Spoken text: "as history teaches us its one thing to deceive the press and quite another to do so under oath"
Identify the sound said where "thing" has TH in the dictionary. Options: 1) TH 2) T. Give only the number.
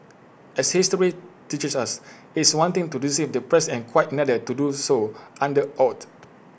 2